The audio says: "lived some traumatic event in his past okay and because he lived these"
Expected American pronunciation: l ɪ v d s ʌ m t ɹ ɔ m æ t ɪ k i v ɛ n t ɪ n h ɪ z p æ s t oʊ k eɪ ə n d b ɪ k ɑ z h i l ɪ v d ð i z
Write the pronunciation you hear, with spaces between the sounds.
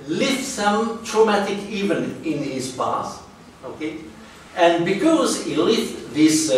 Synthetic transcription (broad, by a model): l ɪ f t s ʌ m t ɹ ɔ m æ t ɪ k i v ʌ n ɪ n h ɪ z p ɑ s oʊ k eɪ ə n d b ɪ k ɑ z h i l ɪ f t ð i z